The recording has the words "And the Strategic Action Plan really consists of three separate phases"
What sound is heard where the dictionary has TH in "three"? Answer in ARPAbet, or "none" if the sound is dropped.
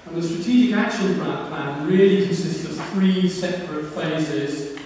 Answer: TH